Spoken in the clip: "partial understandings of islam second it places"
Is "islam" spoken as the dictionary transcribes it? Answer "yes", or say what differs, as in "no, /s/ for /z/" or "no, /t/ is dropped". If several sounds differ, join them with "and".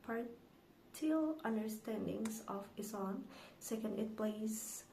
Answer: no, /l/ is dropped